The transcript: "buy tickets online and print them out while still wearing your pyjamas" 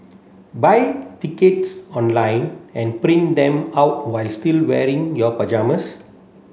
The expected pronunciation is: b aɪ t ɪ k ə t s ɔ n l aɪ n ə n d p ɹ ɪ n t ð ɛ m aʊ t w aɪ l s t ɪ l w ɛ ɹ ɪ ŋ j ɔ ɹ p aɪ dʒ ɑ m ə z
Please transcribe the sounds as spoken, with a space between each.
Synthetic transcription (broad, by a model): b aɪ t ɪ k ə t s ɔ n l aɪ n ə n p ɹ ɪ n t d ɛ m aʊ t w aɪ l s t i l w ɛ ɹ ɪ ŋ j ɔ p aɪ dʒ ɑ m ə s